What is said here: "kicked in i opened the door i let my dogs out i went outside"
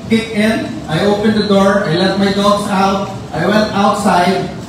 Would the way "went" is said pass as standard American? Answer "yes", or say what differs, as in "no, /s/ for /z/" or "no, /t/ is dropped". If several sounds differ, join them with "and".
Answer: yes